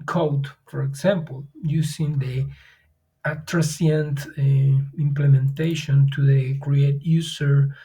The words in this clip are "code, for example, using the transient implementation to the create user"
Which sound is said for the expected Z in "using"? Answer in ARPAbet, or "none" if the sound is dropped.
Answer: S